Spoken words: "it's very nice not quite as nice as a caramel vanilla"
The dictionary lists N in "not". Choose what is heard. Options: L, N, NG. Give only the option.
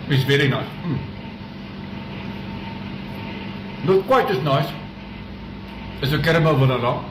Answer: L